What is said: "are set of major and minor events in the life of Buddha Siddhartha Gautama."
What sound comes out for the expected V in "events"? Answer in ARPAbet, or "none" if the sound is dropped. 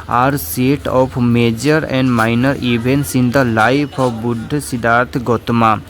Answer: B